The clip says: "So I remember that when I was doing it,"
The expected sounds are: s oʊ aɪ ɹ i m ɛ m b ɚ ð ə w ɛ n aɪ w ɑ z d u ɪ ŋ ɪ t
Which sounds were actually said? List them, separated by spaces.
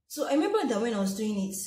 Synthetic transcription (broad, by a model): s oʊ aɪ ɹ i m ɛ m b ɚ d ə w ɛ n aɪ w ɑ s d u ɪ ŋ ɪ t